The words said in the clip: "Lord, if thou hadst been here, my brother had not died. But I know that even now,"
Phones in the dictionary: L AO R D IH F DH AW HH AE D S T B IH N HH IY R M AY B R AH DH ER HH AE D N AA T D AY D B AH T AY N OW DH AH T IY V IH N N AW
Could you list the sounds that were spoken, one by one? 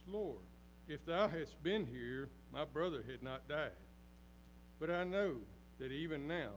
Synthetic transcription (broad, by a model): L AO R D IH F DH AW HH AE S T B IH N HH IY R M AY B R AH DH ER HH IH D N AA T D AY D B AH T AY N OW DH AH T IY V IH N N AW